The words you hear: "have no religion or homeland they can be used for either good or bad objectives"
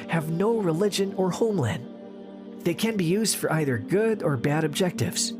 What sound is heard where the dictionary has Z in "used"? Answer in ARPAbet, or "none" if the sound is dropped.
Z